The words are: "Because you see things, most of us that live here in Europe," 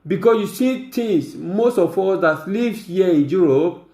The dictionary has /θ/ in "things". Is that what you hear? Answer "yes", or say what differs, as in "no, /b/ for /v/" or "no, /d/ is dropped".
no, /t/ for /θ/